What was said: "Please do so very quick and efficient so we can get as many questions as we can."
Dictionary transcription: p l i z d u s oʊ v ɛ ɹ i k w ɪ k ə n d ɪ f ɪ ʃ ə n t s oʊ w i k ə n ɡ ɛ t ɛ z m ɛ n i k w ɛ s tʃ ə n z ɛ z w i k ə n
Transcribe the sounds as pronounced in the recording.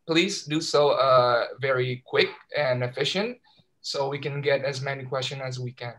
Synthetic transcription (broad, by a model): p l i z d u s oʊ v ɛ ɹ i k w ɪ k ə n ɪ f ɪ ʃ ə n t s oʊ w i k ə n ɡ ɛ t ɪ z m ɛ n i k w ɛ s tʃ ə n ɪ z w i k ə n